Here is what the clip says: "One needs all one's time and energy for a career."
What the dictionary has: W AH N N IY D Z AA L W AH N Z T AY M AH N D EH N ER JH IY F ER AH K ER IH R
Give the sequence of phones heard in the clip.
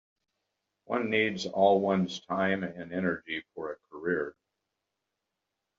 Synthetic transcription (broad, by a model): W AH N N IY D Z AA L W AH N Z T AY M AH N EH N ER JH IY F ER AH K ER IH R